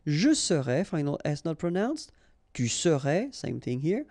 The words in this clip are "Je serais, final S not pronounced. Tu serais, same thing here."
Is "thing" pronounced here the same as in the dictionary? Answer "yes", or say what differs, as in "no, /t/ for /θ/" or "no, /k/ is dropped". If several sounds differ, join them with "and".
yes